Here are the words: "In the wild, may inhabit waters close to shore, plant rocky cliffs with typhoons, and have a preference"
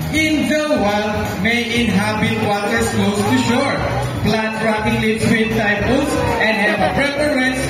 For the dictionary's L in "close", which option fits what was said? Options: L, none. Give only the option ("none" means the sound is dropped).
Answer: none